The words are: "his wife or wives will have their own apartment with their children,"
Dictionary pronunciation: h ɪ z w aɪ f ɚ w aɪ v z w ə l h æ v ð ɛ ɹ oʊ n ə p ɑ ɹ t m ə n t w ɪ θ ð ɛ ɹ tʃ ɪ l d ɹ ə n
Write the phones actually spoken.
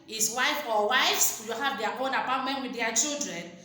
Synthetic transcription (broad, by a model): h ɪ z w aɪ f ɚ w aɪ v s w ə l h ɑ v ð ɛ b oʊ n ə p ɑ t m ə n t w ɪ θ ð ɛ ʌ tʃ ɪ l d ɹ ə n